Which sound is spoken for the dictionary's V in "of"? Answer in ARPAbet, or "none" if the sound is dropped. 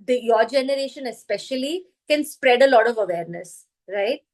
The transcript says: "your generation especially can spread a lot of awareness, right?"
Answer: V